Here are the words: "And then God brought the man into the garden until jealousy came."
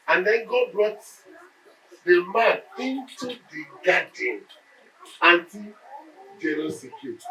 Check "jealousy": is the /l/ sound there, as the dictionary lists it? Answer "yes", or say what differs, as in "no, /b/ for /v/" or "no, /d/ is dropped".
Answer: no, /n/ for /l/